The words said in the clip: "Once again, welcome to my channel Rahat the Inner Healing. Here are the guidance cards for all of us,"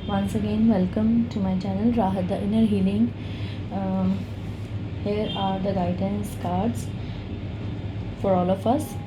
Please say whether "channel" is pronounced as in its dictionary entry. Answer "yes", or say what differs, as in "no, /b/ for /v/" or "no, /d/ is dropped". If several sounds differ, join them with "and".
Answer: yes